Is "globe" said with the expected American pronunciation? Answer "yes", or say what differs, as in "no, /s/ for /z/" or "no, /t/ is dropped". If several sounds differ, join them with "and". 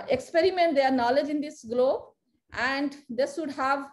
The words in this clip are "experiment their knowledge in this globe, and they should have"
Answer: yes